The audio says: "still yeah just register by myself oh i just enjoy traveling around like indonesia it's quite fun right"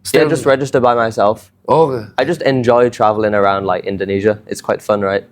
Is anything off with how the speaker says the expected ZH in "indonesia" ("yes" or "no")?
no